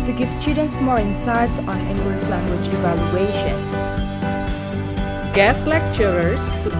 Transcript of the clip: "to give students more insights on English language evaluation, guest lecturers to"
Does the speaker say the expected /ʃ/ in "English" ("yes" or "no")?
no